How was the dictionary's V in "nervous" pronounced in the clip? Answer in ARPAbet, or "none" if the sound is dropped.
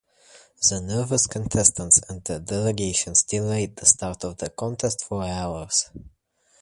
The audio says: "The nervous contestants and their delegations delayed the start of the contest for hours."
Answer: V